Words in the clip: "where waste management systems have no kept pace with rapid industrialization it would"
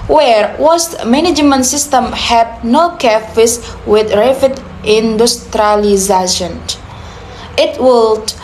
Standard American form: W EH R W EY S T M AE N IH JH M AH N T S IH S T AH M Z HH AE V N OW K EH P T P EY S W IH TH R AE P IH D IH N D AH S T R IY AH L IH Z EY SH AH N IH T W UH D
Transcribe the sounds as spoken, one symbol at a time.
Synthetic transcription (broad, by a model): W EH R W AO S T M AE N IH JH M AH N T S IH S T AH M HH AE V N OW K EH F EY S W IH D R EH F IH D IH N D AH S T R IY L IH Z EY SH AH N IH T W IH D